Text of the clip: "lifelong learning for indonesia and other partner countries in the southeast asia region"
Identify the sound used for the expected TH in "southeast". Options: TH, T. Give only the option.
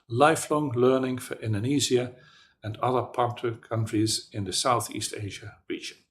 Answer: TH